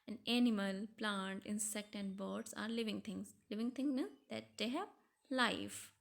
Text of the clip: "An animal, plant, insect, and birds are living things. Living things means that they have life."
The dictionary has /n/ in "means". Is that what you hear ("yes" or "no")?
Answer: no